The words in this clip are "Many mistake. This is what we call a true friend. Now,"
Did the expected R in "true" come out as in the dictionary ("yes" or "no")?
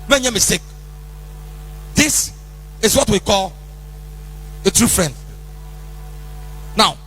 yes